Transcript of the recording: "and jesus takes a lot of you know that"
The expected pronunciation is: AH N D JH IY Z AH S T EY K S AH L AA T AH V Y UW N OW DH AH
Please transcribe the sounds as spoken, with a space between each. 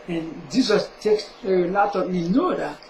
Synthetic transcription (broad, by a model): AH N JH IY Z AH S T EY K S AH L AA T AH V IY N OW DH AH